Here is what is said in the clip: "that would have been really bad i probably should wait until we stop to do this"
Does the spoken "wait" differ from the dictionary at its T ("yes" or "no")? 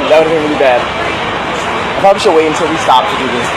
yes